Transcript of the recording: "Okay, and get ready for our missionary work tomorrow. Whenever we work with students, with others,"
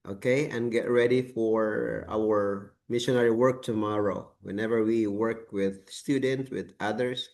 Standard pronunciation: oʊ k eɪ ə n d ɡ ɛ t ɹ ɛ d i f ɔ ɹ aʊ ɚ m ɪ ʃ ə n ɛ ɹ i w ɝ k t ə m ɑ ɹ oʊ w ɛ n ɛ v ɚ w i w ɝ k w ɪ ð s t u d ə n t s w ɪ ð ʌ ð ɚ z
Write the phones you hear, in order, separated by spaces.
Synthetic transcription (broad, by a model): oʊ k eɪ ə n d ɡ ɛ t ɹ ɛ d i f ɔ ɹ aʊ ɚ m ɪ ʃ ə n ɛ ɹ i w ɝ k t ə m ɑ ɹ oʊ w ɛ n ɛ v ɚ w i w ɝ k w ɪ ð s t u d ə n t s w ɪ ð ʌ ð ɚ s